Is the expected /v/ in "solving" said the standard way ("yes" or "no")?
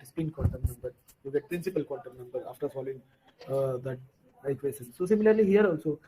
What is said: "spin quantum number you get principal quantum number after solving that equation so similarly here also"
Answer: no